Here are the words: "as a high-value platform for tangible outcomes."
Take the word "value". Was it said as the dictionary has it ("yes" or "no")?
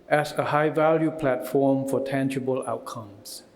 yes